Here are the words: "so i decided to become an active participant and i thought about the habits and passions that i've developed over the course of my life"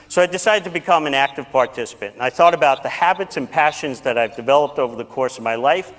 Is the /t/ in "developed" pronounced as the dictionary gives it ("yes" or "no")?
yes